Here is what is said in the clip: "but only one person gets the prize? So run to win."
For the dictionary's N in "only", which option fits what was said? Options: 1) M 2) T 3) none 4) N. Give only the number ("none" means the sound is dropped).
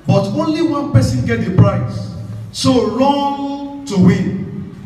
4